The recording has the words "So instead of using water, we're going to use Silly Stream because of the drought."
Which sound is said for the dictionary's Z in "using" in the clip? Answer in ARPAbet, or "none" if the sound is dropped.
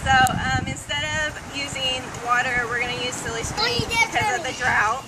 Z